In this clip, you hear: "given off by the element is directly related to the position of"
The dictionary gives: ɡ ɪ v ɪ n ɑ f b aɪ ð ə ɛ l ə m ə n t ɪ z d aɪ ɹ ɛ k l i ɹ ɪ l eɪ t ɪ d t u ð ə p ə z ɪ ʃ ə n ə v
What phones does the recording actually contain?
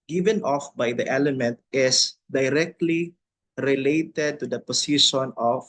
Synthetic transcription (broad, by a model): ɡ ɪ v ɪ n ɑ f b aɪ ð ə ɛ l ə m ə n t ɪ s d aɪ ɹ ɛ k l i ɹ ɪ l eɪ t ɪ d t u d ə p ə s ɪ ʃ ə n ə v